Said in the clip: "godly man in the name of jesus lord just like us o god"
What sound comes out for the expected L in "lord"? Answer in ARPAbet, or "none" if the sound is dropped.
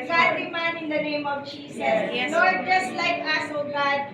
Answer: N